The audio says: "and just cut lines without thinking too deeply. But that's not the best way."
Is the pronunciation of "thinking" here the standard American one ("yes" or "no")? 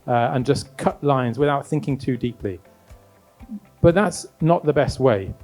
yes